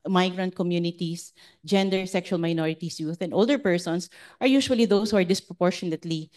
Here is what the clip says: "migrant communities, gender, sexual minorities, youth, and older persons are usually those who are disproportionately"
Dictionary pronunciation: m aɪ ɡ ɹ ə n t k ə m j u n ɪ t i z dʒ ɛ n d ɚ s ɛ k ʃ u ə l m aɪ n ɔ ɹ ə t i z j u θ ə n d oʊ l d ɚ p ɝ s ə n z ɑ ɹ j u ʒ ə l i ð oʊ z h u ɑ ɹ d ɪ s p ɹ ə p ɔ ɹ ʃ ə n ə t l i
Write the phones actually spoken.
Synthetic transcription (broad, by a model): m aɪ ɡ ɹ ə n t k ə m j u n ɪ t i s dʒ ɛ n d ɚ s ɛ k ʃ u ə l m aɪ n ɔ ɹ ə t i s j u θ ə n d oʊ l d ɚ p ɝ s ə n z ɑ ɹ j u ʃ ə l i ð oʊ s h u ɑ ɹ d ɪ s p ɹ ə p ɔ ɹ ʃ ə n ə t l i